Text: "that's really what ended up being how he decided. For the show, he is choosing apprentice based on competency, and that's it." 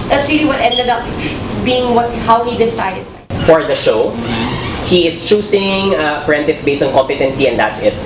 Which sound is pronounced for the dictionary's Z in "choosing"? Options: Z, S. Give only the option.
S